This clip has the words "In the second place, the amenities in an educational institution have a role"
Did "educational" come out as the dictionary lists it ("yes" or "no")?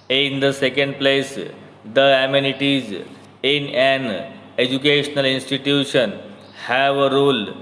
yes